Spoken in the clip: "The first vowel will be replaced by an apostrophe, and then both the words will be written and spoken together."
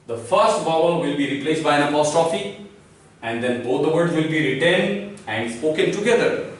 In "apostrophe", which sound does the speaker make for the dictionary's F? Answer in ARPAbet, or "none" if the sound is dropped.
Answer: F